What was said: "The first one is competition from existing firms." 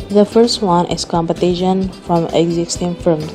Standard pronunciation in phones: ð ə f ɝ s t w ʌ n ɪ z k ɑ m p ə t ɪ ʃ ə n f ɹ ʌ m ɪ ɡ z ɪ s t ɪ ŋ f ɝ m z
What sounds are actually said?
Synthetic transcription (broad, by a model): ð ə f ɝ s t w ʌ n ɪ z k ɑ m p ə t ɪ ʃ ə n f ɹ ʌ m ɪ ɡ z ɪ s t ɪ ŋ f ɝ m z